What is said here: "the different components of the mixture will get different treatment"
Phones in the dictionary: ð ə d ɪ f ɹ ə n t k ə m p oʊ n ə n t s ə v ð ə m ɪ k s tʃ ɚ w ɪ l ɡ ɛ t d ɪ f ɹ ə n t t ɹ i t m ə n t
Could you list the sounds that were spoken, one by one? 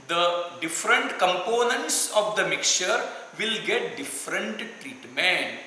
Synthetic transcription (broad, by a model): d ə d ɪ f ɹ ə n t k ə m p oʊ n ə n t s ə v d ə m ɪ k tʃ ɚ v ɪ l ɡ ɛ t d ɪ f ɹ ə n t t ɹ i t m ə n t